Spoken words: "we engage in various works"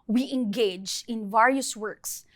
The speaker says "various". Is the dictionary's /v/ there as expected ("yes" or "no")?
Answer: yes